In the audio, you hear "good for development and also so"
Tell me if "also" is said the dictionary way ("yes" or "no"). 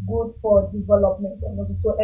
no